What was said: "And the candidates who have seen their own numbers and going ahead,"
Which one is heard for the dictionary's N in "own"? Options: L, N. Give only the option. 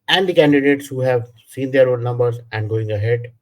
L